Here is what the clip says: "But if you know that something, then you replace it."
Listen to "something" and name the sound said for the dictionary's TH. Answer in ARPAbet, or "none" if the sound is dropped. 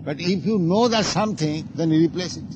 T